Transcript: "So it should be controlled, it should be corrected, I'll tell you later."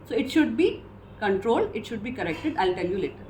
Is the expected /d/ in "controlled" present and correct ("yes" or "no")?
yes